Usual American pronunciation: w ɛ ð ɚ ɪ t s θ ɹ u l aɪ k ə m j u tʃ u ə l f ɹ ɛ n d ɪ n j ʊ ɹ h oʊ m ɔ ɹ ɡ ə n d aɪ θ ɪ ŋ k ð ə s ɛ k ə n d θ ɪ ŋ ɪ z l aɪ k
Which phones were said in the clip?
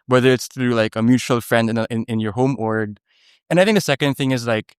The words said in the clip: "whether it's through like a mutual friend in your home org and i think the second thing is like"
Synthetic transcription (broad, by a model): w ɛ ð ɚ ɪ t s θ ɹ u l aɪ k ə m j u tʃ u ə l f ɹ ɛ n d ɪ n j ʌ ɹ h oʊ m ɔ ɹ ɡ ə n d aɪ θ ɪ ŋ k ð ə s ɛ k ə n d θ ɪ ŋ ɪ z l aɪ k